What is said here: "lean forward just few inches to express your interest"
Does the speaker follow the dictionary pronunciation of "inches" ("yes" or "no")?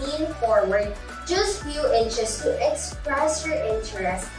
no